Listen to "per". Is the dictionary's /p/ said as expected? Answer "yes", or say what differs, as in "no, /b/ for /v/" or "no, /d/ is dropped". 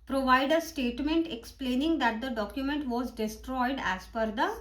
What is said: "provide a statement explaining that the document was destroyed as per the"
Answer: no, /f/ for /p/